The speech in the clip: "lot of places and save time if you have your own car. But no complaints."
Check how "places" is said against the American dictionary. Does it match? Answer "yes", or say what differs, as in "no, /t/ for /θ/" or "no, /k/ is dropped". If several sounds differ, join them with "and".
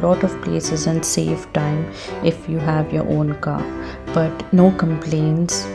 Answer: yes